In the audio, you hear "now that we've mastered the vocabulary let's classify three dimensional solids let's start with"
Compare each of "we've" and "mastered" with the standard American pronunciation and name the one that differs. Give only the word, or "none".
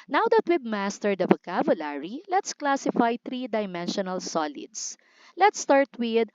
we've